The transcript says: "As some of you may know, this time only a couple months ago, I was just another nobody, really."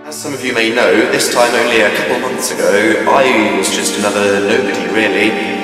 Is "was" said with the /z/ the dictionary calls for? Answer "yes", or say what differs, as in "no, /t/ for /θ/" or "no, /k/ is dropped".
yes